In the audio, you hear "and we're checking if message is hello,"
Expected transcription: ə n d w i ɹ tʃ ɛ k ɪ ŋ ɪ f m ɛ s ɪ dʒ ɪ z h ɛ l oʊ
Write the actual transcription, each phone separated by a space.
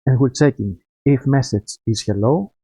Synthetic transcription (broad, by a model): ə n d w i l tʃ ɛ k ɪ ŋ ɪ f m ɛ s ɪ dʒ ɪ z h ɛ l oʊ